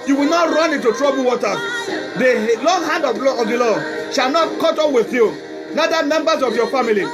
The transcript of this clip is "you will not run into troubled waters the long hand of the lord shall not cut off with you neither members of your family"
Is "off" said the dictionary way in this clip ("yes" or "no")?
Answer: no